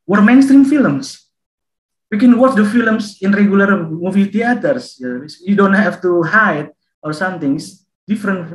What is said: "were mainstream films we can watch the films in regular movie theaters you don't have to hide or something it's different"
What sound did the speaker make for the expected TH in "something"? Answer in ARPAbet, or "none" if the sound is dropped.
T